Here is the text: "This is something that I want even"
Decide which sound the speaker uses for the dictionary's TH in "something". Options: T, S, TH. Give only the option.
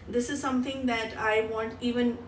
T